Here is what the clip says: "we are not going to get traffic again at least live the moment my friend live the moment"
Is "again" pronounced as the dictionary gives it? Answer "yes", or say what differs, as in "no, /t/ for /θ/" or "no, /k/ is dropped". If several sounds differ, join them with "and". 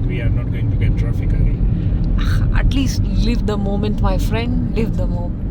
no, /n/ is dropped